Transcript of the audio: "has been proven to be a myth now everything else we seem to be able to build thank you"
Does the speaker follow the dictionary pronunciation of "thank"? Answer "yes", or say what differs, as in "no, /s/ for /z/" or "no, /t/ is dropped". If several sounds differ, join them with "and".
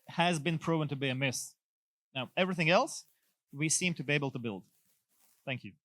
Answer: yes